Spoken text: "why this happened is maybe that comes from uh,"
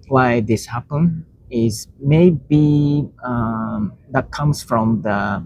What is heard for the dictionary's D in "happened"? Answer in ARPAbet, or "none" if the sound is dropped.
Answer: none